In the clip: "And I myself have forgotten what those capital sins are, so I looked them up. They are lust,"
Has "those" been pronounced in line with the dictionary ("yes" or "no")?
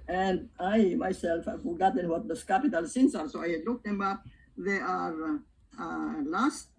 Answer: no